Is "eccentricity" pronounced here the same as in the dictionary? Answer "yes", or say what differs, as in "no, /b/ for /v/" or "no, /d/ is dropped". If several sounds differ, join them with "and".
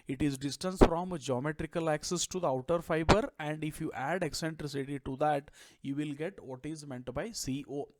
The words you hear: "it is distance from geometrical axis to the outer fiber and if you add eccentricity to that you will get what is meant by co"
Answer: yes